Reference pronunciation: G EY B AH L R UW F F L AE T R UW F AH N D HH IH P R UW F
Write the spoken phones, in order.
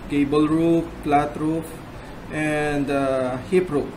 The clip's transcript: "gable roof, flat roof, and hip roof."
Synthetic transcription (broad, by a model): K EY B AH L R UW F P L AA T R UW F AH N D HH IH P R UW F